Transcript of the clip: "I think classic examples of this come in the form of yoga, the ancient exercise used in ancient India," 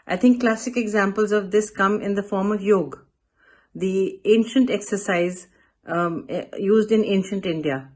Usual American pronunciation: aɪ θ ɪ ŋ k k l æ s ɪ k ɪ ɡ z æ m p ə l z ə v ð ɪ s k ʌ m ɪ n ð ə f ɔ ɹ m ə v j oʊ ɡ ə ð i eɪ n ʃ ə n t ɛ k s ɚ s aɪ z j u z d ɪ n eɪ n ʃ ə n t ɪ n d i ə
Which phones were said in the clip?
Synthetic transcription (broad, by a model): aɪ t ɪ ŋ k k l æ s ɪ k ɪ ɡ z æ m p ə l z ə v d ɪ s k ʌ m ɪ n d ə f ɔ ɹ m ə v j oʊ ɡ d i eɪ n ʃ ə n t ɛ k s ɚ s aɪ z j u z d ɪ n eɪ n ʃ ə n t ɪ n d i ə